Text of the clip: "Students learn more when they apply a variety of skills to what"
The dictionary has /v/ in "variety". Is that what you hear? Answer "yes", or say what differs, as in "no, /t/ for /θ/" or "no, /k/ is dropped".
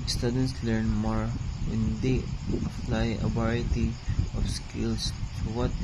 no, /b/ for /v/